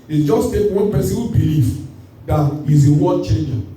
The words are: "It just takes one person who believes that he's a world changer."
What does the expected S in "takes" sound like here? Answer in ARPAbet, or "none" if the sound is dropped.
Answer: none